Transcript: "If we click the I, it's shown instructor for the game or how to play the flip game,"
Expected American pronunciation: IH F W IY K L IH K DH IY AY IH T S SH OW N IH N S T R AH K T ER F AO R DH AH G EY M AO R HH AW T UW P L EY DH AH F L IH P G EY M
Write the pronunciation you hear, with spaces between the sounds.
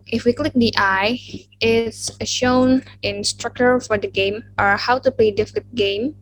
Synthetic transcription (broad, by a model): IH F W IY K L IH K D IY AY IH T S SH OW N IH N S T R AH K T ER F AO R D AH G EY M AO R HH AW T UW P L EY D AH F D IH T G EY M